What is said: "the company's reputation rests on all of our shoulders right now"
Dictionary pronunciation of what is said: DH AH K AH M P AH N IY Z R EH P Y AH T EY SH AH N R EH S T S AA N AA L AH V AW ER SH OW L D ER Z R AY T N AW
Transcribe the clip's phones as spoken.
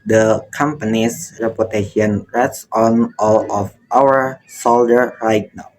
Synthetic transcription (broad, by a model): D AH K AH M P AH N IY S R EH P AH T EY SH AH N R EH T S AA N AA L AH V AW ER S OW L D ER R AY T N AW